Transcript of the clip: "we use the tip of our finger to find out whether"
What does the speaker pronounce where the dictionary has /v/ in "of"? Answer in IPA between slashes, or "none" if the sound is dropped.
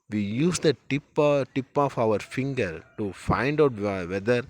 /p/